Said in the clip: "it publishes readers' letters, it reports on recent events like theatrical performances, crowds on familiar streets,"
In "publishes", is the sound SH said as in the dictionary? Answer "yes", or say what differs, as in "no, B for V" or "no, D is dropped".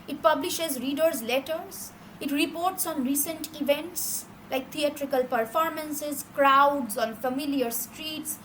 yes